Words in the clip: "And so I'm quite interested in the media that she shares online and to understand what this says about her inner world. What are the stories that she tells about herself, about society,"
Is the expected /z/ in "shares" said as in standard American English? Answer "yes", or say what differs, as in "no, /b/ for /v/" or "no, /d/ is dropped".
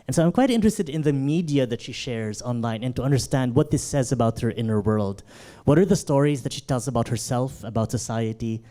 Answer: yes